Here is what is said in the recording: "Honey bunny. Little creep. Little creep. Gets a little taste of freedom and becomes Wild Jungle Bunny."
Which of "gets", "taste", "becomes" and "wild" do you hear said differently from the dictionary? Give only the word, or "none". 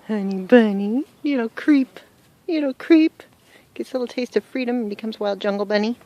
none